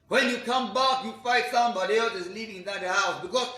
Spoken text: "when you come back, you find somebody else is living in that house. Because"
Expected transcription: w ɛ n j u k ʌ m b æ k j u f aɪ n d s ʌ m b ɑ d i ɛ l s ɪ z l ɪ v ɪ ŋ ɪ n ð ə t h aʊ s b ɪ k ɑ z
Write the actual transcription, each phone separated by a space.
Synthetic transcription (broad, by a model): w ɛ n j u k ʌ m b æ k j u f aɪ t s ʌ m b ɑ d i ɛ l s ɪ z l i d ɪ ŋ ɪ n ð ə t h aʊ s b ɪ k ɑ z